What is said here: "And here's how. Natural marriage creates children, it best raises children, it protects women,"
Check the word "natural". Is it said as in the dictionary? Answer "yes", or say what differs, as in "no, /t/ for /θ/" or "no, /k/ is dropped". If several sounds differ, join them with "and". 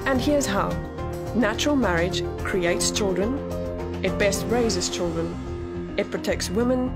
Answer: yes